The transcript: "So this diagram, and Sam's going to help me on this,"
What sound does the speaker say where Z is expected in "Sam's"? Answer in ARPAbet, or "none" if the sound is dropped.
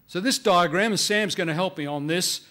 Z